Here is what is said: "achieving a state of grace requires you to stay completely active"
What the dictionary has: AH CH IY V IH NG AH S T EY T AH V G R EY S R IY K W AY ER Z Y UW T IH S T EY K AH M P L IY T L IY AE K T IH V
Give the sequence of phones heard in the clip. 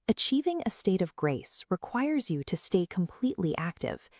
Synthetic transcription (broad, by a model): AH CH IY V IH NG AH S T EY T AH V G R EY S R IY K W AY ER Z Y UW T IH S T EY K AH M P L IY T L IY AE K T IH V